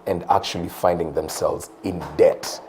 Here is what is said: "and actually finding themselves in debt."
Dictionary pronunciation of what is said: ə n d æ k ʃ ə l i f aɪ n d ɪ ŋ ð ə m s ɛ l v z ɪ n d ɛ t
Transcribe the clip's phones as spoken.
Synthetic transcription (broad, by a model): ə n d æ k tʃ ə l i f aɪ n d ɪ ŋ ð ə m s ɛ l v z ɪ n d ɛ t